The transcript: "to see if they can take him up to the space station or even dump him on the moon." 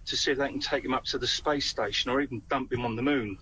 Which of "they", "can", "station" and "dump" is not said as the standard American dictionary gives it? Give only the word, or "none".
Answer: none